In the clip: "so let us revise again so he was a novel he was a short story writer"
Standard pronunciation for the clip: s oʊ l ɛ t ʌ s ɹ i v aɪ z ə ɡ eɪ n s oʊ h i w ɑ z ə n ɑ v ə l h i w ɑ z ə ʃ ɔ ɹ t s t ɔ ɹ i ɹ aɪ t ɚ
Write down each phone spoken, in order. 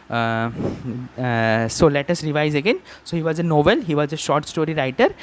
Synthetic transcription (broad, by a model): s oʊ l ɛ t ʌ s ɹ i v aɪ z ə ɡ eɪ n s oʊ h i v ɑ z ə n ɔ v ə l h i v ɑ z ə ʃ ɔ ɹ t s t ɔ ɹ i ɹ aɪ t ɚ